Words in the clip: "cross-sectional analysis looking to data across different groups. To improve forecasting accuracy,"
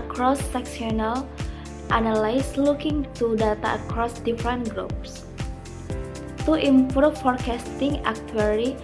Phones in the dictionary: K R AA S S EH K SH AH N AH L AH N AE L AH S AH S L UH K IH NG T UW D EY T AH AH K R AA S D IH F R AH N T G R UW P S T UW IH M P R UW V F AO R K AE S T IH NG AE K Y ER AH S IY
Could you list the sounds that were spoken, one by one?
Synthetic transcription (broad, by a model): K R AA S S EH K S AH N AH L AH N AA L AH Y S L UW K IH NG T UW D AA T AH AH K R AA S D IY F R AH N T G R UW P S T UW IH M P R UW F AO R K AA S T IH NG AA K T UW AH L IY